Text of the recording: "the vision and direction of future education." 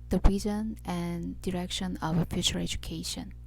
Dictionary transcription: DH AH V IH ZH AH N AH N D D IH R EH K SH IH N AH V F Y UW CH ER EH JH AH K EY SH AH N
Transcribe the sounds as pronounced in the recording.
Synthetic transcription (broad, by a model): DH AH B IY Z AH N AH N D D IH R EH K SH IH N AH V F Y UW CH ER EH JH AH K EY SH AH N